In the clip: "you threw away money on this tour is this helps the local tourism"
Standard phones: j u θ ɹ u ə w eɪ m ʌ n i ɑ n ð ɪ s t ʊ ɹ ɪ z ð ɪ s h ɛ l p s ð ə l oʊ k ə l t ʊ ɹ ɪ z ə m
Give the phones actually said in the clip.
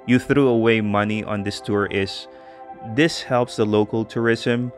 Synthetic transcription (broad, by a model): j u θ ɹ u ə w eɪ m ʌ n i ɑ n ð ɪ s t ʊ ɹ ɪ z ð ɪ s h ɛ l p s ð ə l oʊ k ə l t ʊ ɹ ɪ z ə m